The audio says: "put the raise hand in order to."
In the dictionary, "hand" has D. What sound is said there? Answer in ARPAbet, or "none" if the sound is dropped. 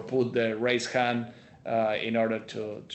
none